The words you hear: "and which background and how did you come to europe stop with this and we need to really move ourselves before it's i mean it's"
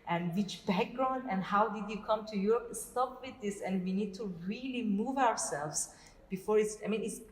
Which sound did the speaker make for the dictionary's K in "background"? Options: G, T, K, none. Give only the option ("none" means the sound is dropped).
K